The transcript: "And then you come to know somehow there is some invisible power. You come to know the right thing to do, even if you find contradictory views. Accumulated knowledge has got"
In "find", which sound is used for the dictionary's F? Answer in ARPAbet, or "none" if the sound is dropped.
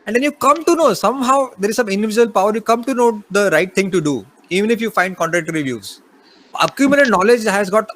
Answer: F